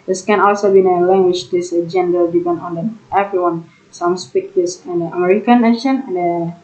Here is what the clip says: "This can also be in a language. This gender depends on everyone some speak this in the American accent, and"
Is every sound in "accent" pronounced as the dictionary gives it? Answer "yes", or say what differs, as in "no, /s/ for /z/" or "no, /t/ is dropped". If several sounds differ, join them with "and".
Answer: no, /t/ is dropped